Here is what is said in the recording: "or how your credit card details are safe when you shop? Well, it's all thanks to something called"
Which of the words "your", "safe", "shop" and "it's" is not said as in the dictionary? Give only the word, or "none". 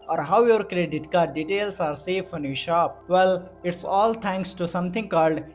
none